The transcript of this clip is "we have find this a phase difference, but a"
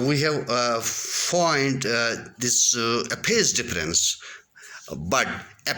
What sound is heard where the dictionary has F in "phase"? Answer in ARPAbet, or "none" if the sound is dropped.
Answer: P